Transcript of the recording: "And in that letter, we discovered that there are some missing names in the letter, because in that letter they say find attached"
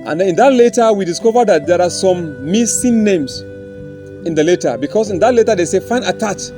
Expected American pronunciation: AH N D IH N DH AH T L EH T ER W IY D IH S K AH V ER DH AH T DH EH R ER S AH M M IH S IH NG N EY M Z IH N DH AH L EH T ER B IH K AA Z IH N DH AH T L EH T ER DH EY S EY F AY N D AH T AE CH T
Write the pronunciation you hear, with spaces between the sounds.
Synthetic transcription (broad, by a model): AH N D IH N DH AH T L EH T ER W IY D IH S K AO V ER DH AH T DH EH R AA S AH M M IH S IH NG N EY M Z IH N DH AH L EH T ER B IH K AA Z IH N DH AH T L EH T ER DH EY S EY F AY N AH T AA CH